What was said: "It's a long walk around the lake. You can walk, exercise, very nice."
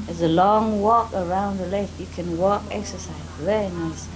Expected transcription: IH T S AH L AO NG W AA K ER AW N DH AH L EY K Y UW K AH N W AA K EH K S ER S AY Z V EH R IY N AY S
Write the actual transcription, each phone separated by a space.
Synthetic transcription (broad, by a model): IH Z AH L AO NG W AA K ER AW N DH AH L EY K Y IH K AH N W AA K EH K S ER S AY Z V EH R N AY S